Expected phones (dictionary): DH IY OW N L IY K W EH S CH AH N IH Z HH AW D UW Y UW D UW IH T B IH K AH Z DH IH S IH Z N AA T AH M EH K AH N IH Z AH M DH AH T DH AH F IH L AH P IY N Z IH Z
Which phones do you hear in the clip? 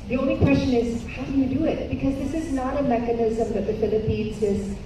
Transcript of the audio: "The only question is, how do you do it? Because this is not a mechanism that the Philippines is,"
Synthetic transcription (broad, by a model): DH IY OW N L IY K W EH S CH AH N IH Z HH AW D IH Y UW D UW IH T B IH K AH Z DH IH S IH Z N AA T AH M EH K AH N IH Z AH M DH AH T DH AH F IH L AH P IY N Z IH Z